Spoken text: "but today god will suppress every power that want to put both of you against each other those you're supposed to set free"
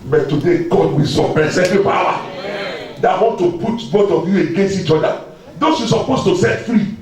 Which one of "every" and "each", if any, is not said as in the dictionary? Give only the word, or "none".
every